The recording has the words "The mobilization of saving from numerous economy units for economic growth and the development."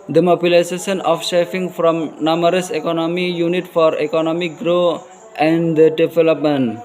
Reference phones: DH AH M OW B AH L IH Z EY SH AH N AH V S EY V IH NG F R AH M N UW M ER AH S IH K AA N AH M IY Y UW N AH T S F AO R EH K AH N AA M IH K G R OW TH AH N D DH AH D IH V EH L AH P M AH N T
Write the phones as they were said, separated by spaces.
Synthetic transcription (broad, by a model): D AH M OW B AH L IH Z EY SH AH N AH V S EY F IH NG F R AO M N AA M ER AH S IH K AA N AH M IY Y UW N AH T F AO R EH K AH N AA M IH K G R OW AH N D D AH D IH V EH L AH P M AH N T